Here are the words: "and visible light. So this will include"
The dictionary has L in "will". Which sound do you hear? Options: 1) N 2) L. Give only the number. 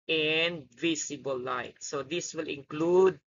2